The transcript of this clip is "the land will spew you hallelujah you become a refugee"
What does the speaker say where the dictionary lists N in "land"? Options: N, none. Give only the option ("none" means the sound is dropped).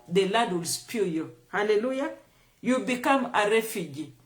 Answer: none